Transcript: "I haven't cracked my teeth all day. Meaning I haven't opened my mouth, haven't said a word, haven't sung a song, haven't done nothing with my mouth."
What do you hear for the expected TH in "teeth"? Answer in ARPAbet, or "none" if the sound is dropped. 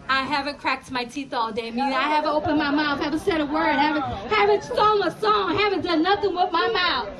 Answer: TH